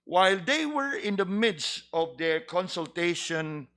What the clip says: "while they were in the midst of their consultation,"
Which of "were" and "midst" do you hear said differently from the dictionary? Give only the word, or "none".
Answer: none